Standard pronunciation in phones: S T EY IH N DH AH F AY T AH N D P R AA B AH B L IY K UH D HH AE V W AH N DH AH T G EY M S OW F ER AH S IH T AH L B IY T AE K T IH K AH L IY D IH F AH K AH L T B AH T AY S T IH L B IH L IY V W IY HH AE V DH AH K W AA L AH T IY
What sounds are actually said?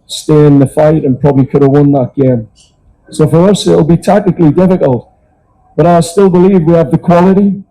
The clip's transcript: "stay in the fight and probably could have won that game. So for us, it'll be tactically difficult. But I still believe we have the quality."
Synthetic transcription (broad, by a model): S T EY IH N DH AH F AY T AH N P R AA B AH B L IY K UH D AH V W AH N DH AH T G EY M S OW F ER AH S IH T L B IY T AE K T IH K L IY D IH F AH K AH L T B AH T AY S T IH L B IH L IY V W IY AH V DH AH K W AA L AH T IY